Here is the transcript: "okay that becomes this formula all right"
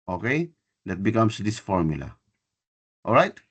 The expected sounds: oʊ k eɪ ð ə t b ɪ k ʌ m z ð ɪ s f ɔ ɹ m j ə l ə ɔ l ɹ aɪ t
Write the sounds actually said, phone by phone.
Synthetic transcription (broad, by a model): oʊ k eɪ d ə t b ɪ k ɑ m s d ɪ s f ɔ ɹ m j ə l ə ɔ l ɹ aɪ t